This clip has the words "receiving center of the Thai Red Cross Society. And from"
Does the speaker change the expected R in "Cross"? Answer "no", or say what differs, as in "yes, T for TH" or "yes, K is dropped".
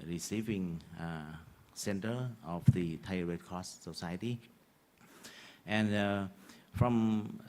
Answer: yes, R is dropped